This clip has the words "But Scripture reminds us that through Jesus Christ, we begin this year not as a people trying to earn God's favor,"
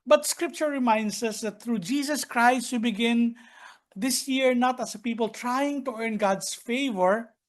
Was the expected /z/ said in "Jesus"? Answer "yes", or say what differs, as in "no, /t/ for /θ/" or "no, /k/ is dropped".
no, /s/ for /z/